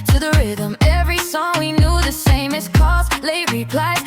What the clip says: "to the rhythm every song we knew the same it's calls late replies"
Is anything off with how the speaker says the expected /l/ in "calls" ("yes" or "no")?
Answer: yes